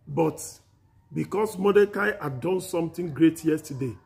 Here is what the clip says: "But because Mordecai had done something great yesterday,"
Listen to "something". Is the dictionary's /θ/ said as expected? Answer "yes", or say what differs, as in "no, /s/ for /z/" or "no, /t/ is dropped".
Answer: no, /t/ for /θ/